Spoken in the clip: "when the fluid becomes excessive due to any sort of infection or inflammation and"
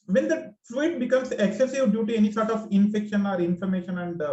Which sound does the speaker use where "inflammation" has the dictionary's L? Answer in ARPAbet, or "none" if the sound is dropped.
none